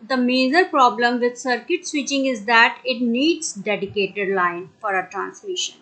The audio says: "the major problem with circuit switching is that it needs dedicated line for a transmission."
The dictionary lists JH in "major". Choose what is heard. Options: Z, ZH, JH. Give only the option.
Z